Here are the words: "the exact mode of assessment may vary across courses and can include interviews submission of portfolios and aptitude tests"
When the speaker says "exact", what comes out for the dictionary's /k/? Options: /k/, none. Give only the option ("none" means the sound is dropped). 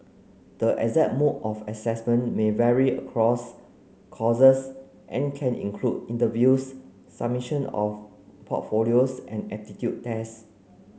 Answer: none